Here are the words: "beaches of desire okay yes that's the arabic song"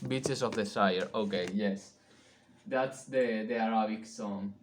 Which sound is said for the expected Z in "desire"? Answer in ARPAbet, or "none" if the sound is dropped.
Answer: S